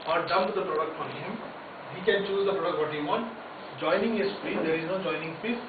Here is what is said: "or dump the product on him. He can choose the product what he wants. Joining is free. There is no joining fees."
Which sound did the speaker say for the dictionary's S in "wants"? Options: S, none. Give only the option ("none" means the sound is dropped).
none